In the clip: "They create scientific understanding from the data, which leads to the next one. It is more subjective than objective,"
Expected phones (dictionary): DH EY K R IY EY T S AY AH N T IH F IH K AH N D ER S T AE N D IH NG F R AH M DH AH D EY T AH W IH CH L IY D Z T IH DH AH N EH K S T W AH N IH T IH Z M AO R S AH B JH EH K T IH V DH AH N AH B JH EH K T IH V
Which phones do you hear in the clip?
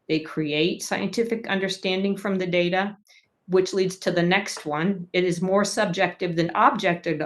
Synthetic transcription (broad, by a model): DH EY K R IY EY T S AY AH N T IH F IH K AH N D ER S T AE N D IH NG F R AH M DH AH D EY T AH W IH CH L IY D Z T IH DH AH N EH K S T W AH N IH T IH Z M AO R S AH B JH EH K T IH V DH AH N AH B JH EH K T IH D